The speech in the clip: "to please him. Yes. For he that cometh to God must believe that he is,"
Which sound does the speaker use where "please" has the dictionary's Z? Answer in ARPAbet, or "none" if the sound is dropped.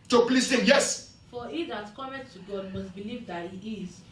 S